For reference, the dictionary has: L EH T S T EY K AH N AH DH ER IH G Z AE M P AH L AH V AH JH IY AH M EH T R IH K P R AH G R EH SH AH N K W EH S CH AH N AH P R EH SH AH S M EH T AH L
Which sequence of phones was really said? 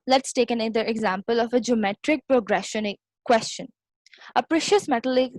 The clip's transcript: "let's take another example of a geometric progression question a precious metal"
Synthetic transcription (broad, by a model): L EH T S T EY K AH N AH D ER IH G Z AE M P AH L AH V AH JH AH M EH T R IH K P R AH G R EH SH AH N K W EH S CH AH N AH P R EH SH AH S M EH T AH L